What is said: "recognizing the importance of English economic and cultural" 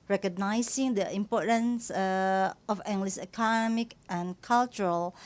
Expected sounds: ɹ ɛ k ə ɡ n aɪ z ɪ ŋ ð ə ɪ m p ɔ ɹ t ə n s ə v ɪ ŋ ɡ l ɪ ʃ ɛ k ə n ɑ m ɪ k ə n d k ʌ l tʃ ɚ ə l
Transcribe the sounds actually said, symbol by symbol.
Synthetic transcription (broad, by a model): ɹ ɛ k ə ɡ n aɪ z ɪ ŋ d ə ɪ m p ɔ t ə n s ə f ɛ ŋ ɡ l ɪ s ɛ k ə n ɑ m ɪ k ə n k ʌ l tʃ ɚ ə l